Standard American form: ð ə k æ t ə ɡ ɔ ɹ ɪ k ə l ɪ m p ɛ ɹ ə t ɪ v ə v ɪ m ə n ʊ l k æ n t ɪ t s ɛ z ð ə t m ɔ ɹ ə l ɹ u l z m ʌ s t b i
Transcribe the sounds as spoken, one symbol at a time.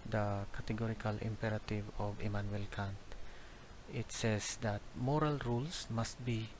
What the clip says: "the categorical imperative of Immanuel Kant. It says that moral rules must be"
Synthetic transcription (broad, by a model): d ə k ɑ t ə ɡ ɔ ɹ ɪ k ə l ɪ m p ɛ ɹ ə t ɪ v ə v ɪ m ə n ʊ l k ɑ n t ɪ t s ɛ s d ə t m ɔ ɹ ə l ɹ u l s m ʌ s t b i